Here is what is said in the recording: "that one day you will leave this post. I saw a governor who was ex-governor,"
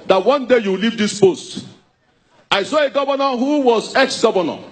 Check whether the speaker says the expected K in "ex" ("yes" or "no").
yes